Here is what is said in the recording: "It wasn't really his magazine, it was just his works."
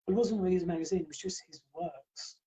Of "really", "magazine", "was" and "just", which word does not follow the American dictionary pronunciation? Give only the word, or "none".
really